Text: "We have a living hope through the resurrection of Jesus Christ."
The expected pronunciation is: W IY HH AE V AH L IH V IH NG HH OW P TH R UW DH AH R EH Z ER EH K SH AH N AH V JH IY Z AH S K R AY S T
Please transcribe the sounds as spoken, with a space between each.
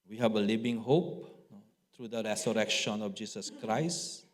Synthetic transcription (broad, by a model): W IY HH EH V AH L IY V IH NG HH OW P T R UW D AH R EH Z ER EH K SH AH N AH F JH IY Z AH S K R AY S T